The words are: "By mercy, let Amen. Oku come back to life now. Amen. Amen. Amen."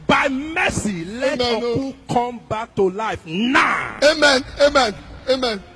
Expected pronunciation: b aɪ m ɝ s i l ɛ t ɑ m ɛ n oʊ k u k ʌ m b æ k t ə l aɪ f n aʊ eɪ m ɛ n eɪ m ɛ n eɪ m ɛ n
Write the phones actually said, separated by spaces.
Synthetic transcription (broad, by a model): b aɪ m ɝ s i l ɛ ɑ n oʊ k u k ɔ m b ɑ k t ə l aɪ f n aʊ eɪ m ɛ n eɪ m ɛ n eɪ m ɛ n